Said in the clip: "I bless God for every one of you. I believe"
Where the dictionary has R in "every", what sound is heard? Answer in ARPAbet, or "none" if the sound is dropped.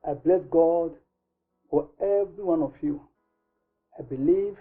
R